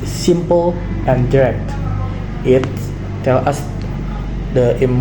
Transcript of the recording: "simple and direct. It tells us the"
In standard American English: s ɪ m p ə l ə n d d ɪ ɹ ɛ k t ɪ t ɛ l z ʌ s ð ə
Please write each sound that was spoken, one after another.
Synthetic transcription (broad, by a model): s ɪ m p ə l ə n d d ɪ ɹ ɛ k t ɪ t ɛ l ʌ s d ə